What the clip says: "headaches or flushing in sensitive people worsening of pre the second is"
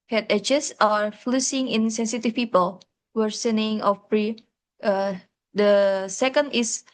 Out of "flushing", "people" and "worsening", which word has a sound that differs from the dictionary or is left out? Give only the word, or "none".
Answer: flushing